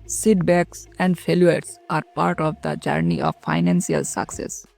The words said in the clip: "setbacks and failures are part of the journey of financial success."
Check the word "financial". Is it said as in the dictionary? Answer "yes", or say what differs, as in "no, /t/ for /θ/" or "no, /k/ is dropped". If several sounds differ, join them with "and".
no, /s/ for /ʃ/